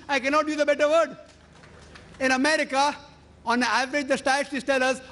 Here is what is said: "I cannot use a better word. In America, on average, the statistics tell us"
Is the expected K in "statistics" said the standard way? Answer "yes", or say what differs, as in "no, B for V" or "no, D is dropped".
no, K is dropped